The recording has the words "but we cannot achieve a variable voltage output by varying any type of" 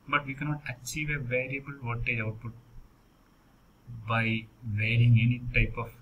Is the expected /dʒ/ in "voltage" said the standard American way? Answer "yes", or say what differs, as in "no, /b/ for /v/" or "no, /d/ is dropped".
no, /dʒ/ is dropped